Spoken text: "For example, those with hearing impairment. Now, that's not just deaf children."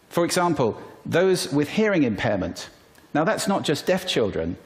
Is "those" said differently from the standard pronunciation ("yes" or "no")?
no